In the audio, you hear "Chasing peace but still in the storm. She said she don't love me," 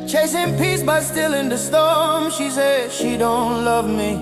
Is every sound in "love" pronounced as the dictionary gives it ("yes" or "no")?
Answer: yes